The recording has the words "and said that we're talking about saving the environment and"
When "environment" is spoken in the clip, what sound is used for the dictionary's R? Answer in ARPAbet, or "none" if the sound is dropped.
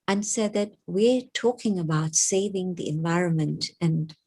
R